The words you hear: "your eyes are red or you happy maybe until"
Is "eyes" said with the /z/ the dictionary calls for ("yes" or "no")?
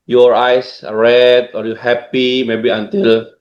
no